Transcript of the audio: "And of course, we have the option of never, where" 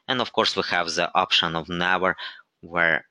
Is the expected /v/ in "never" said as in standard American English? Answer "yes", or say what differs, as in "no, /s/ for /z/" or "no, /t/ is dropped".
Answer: no, /w/ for /v/